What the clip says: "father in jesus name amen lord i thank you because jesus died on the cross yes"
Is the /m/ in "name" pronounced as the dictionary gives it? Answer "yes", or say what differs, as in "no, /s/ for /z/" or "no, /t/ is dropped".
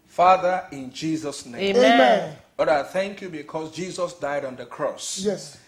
no, /m/ is dropped